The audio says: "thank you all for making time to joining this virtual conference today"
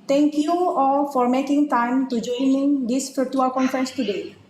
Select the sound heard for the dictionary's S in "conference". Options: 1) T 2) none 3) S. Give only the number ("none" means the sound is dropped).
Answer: 3